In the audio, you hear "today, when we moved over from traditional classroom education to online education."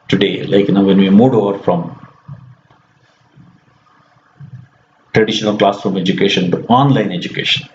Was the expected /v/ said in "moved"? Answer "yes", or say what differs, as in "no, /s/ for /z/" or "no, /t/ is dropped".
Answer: no, /v/ is dropped